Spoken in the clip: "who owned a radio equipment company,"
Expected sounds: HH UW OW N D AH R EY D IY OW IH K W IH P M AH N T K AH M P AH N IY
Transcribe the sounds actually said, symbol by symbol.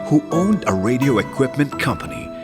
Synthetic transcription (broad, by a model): HH UW OW N D AH R EY D IY OW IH K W IH P M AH N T K AH M P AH N IY